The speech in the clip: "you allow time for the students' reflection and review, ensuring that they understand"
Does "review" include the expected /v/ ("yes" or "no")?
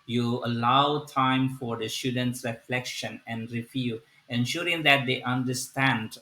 no